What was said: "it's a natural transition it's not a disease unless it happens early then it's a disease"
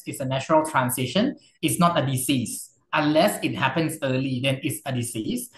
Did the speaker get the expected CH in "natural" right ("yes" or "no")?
no